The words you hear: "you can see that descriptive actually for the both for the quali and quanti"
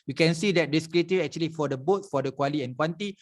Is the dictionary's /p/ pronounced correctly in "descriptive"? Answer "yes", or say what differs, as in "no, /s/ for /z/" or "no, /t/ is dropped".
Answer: no, /p/ is dropped